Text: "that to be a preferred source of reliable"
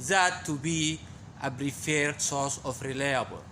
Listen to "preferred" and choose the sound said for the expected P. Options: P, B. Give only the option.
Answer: B